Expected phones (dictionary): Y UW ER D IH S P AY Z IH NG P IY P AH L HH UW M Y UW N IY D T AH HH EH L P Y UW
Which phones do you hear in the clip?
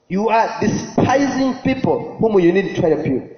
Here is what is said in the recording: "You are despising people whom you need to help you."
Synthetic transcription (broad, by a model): Y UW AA D IH S P AY Z IH NG P IY P AH L HH UW M Y UW N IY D T AH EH P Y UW